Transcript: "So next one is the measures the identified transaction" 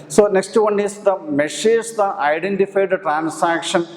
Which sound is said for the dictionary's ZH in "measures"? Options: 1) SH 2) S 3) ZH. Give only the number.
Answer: 1